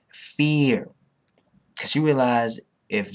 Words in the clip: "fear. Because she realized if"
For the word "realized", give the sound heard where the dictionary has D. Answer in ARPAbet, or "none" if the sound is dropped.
none